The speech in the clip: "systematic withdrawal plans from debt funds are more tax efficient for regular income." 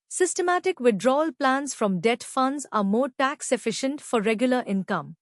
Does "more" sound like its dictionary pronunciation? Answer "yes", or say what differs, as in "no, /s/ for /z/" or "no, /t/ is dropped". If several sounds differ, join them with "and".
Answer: yes